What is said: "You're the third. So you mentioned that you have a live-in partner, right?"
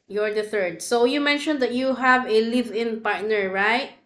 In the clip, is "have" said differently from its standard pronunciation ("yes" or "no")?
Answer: no